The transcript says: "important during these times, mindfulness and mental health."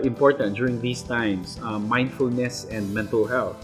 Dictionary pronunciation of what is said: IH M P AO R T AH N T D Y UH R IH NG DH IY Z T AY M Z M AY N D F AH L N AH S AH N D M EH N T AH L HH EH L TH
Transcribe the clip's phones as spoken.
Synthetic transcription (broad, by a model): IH M P AO R T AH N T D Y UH R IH NG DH IY S T AY M S M AY N D F AH L N AH S AH N D M EH N T AH L HH EH L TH